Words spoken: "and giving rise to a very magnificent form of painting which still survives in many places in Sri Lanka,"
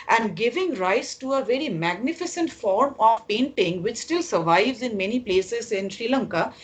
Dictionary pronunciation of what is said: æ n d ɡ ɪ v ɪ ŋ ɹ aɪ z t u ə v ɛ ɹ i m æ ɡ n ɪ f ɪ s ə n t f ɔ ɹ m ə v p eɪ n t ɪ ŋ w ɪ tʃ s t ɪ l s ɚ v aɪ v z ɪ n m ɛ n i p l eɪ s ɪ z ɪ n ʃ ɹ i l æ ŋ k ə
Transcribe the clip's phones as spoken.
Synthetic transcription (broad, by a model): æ n d ɡ ɪ v ɪ ŋ ɹ aɪ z t u ə v ɛ ɹ i m æ ɡ n ɪ f ɪ s ə n t f ɔ ɹ m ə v p eɪ n t ɪ ŋ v ɪ tʃ s t ɪ l s ɚ v aɪ v z ɪ n m ɛ n i p l eɪ s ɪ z ɪ n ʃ ɹ i l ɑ ŋ k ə